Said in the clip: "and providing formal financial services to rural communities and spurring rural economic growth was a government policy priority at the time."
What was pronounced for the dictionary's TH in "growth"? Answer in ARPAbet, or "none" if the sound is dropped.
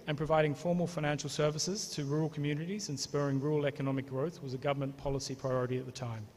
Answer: TH